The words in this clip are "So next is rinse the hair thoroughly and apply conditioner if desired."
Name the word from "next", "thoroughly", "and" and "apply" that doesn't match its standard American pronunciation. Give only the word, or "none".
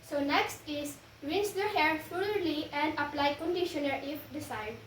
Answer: thoroughly